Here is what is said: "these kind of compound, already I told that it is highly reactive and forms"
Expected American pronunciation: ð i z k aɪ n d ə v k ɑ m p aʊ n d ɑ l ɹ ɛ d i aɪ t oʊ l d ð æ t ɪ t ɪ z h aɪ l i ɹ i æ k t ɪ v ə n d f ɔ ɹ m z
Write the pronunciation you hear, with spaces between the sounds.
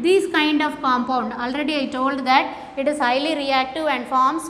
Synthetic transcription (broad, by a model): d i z k aɪ n d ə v k ɑ m p aʊ n d ɑ l ɹ ɛ d i aɪ t oʊ l d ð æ t ɪ t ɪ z h aɪ l i ɹ i æ k t ɪ v ə n d f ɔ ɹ m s